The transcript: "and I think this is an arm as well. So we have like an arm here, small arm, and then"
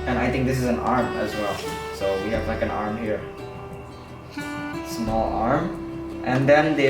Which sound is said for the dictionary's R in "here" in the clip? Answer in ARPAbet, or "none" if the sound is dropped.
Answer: R